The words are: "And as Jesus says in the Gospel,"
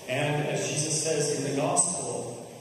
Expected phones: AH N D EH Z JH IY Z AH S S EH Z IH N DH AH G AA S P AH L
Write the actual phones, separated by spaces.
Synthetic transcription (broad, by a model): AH N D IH Z JH IY Z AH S S EH Z IH N DH AH G AA S P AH L